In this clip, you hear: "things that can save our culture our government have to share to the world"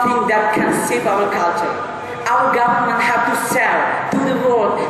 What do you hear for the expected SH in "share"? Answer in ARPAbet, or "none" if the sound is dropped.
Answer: S